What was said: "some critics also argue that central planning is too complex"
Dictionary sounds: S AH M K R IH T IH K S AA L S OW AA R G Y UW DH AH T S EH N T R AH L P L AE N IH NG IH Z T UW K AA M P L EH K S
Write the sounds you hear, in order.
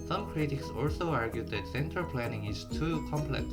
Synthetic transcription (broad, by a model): S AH M K R IH T IH K S AA L S OW AA R G Y UW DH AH T S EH N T AH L P L AE N IH NG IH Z T UW K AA M P L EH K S